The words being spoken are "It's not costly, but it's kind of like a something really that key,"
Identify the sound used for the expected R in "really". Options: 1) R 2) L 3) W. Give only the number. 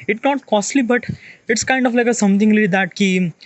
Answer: 2